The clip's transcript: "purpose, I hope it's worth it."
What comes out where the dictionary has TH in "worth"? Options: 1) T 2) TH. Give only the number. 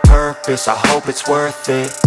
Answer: 2